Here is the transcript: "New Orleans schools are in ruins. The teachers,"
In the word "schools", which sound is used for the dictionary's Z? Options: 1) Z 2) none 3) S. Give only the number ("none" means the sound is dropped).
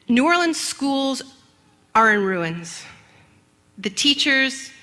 1